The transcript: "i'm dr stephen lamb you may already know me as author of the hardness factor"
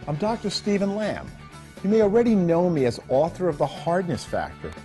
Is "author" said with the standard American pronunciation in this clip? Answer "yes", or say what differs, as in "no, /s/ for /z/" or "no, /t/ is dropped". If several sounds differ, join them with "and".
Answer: yes